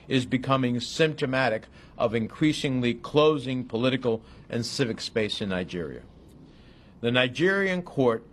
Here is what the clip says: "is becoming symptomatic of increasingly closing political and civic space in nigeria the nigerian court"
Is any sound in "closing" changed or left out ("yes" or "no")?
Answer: no